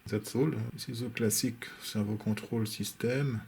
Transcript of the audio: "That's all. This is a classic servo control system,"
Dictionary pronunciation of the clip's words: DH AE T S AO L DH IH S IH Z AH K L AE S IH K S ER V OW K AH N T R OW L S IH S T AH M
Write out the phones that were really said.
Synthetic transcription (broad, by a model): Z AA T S AO L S IH Z AH K L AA S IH K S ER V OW K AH T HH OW L S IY S T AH M